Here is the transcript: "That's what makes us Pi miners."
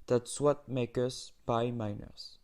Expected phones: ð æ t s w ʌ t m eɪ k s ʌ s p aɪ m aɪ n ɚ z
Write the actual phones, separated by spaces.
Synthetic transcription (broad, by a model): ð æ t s w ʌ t m eɪ k ʌ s b aɪ m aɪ n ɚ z